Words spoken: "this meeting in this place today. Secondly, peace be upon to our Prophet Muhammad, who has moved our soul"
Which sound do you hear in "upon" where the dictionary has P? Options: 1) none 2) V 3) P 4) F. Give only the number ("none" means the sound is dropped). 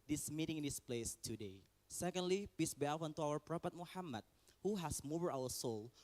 4